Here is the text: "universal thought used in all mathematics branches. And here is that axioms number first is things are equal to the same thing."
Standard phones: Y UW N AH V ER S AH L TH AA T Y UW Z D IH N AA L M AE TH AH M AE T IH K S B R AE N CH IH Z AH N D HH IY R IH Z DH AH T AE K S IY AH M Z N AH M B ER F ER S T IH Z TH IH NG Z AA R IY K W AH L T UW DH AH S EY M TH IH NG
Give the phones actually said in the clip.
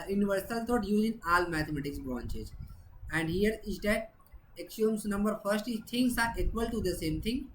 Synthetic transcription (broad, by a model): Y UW N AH V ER S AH L T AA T Y UW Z IH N AA L M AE T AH M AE T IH K S B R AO N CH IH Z AH N D HH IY R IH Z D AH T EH K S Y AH M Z N AH M B ER F ER S T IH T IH NG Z AA R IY K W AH L T UW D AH S EY M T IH NG